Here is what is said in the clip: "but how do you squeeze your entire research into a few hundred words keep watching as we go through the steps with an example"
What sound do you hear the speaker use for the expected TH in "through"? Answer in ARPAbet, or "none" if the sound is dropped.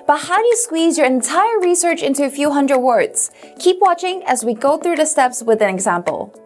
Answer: TH